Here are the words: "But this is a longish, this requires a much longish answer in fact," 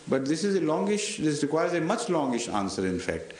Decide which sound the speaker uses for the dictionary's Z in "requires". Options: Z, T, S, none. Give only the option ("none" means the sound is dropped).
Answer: Z